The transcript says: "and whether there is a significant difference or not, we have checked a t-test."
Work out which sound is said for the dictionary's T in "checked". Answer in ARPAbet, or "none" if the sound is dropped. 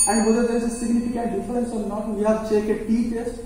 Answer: none